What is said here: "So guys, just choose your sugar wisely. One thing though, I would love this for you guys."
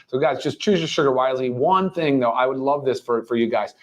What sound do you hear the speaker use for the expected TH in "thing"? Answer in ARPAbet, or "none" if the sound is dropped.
TH